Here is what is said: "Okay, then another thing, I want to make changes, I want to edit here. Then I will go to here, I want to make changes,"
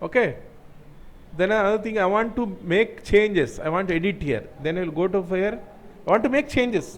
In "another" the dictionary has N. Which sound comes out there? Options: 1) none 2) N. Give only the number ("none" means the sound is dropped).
1